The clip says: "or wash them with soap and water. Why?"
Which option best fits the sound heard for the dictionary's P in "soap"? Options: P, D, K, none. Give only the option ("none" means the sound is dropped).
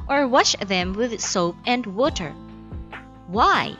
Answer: P